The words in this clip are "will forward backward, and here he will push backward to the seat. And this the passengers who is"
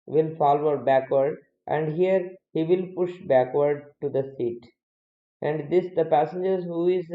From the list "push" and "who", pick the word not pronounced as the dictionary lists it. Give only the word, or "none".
none